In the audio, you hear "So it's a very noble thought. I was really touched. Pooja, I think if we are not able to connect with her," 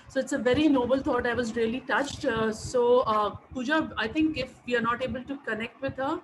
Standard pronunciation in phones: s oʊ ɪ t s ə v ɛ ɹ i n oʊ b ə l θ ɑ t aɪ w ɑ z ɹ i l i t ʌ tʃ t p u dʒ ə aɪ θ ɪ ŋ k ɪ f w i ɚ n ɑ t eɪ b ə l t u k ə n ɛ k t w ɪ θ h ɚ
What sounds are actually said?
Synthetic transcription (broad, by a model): s oʊ ɪ t s ə v ɛ ɹ i n oʊ b ə l t ɑ t aɪ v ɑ z ɹ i l i t ʌ tʃ t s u dʒ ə aɪ t ɪ ŋ k ɪ f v i ɚ n ɑ t eɪ b ə l t u k ə n ɛ k t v ɪ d h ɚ